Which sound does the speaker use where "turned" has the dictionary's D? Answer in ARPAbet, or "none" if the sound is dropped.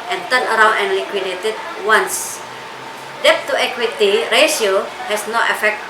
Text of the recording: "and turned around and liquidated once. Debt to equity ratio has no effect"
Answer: none